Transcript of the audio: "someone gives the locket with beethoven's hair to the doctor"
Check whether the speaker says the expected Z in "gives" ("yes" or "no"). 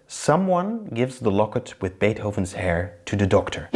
yes